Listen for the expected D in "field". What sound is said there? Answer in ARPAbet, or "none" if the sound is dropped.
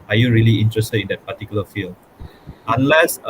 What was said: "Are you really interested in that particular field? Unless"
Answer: none